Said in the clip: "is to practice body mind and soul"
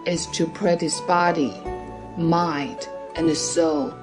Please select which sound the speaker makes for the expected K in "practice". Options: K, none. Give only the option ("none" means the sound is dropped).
none